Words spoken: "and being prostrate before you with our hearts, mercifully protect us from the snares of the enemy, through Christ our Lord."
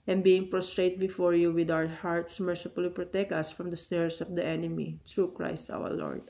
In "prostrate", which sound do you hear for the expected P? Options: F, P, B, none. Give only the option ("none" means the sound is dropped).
P